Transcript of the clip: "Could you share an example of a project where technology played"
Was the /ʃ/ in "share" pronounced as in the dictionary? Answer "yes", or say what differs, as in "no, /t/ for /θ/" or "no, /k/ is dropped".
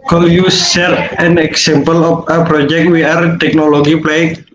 no, /s/ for /ʃ/